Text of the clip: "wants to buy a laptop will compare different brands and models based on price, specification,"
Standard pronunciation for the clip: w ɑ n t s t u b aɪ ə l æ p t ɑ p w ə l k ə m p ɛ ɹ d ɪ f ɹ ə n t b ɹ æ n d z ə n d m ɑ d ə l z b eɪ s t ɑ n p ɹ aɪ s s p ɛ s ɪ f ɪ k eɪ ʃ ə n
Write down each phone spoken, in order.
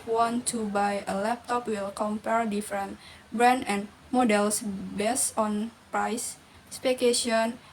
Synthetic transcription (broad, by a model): w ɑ n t t u b aɪ ə l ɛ p t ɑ p w ə l k ə m p ɛ ɹ d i f ɹ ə n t b ɹ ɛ n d ə n m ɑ d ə l s b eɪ s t ɑ n p ɹ aɪ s s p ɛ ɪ k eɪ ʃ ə n